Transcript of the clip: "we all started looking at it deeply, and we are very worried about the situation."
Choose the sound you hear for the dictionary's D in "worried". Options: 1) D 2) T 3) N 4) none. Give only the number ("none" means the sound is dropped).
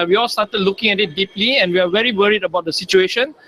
1